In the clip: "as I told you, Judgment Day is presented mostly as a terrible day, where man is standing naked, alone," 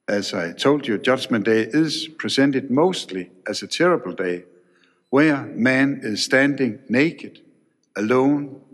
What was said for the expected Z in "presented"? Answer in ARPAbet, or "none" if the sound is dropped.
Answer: S